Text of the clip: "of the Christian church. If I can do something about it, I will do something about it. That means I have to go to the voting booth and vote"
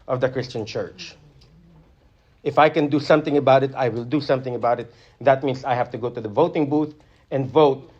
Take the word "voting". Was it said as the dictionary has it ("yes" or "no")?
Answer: yes